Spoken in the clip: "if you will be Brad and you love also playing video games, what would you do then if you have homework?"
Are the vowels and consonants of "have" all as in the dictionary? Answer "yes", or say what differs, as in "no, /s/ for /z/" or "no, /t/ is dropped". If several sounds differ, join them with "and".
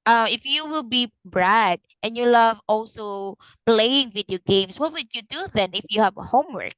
yes